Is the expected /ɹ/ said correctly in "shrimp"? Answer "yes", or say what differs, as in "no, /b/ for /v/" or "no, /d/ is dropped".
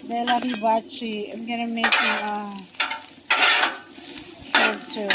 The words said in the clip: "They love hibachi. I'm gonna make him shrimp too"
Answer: no, /ɹ/ is dropped